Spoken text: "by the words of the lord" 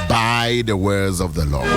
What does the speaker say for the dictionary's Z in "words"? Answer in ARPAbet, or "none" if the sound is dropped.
Z